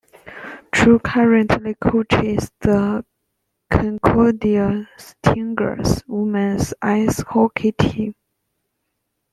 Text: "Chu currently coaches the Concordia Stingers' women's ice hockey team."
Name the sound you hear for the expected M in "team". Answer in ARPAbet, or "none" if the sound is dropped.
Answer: none